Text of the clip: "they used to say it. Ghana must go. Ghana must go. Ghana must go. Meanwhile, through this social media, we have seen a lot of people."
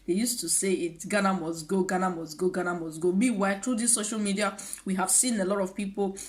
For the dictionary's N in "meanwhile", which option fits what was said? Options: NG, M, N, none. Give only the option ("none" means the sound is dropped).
none